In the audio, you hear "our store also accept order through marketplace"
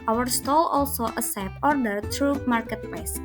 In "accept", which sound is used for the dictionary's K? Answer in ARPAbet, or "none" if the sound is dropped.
none